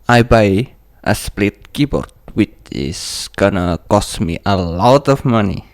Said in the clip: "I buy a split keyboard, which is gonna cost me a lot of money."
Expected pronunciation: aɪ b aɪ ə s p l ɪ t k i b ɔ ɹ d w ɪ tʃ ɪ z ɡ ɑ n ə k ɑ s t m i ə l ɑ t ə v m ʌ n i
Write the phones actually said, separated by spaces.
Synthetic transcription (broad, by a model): aɪ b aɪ ə s p l ɪ t k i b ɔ ɹ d w ɪ tʃ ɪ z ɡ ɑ n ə k ɑ s t m i ə l ɑ t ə f m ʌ n i